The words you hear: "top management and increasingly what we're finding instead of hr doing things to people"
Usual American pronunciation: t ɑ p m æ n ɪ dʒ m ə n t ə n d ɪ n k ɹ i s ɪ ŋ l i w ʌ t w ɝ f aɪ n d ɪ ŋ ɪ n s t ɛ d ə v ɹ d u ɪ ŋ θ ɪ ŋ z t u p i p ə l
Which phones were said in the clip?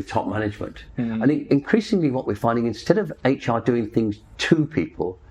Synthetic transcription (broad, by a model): t ɑ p m æ n ɪ dʒ m ə n t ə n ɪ ɪ n k ɹ i s ɪ ŋ l i w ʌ t w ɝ f aɪ n d ɪ ŋ ɪ n s t ɛ d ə v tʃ d u ɪ ŋ θ ɪ ŋ z t u p i p ə l